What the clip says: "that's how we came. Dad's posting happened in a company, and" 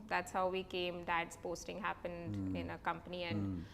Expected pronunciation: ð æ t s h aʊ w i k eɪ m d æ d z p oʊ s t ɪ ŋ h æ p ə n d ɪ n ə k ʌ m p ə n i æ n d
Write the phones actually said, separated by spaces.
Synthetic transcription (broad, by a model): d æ t s h aʊ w i k eɪ m d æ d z p oʊ s t ɪ ŋ h æ p ə n d ɪ n ə k ʌ m p ə n i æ n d